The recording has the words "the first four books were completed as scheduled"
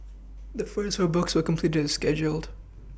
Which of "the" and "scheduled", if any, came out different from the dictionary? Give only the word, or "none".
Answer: none